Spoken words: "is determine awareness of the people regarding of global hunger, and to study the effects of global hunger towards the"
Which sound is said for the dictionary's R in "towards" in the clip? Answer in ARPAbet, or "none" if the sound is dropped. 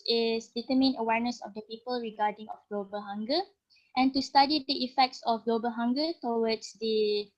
W